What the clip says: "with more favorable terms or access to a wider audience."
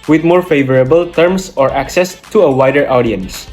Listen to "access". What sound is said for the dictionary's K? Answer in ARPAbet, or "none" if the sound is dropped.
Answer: K